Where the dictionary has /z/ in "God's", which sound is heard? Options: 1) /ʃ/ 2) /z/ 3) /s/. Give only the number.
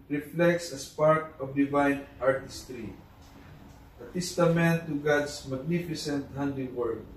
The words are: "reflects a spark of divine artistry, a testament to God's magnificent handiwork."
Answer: 3